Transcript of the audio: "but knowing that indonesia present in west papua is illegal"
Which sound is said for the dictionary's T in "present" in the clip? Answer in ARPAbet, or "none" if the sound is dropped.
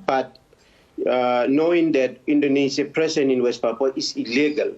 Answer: none